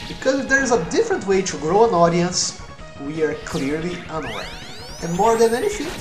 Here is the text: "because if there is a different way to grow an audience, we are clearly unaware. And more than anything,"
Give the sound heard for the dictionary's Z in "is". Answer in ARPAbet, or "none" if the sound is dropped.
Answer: Z